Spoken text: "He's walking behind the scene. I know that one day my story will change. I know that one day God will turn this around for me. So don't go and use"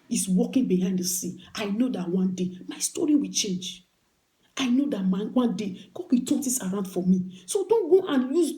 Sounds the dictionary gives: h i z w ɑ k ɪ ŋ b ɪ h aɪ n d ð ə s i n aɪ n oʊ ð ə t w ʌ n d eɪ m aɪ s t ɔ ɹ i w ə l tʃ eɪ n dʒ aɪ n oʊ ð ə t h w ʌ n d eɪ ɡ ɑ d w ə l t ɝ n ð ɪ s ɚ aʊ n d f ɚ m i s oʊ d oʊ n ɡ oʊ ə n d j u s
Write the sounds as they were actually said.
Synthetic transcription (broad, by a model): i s w ɑ k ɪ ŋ b ɪ h aɪ n d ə s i aɪ n oʊ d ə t w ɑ n d eɪ m aɪ s t ɔ ɹ i w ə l tʃ eɪ n dʒ aɪ n oʊ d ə t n w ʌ n d eɪ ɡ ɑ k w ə t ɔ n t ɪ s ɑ aʊ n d f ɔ m i s oʊ d oʊ n ɡ oʊ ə n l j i